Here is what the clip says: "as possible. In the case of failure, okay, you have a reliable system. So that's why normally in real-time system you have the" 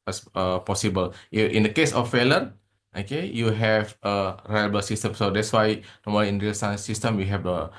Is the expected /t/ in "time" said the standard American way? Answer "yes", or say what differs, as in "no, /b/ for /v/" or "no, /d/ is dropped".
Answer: no, /s/ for /t/